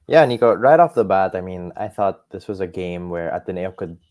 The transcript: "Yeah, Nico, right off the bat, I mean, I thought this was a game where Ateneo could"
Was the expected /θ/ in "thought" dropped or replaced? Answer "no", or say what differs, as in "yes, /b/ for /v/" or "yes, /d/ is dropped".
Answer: no